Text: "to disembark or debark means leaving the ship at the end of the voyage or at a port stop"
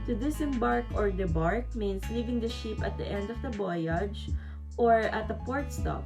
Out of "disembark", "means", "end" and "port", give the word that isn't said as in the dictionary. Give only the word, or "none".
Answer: means